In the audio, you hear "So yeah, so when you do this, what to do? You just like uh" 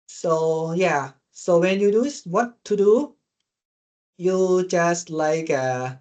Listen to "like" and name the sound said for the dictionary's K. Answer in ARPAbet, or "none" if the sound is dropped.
K